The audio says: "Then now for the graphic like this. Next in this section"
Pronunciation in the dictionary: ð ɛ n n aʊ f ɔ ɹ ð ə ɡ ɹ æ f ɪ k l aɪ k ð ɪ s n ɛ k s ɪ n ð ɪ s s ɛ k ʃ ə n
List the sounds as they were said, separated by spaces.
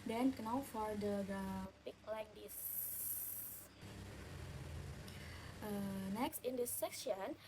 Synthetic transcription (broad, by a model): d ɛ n n aʊ f ɔ ɹ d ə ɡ ɑ p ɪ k l aɪ k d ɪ s n ɛ k s ɪ n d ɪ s s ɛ k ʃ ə n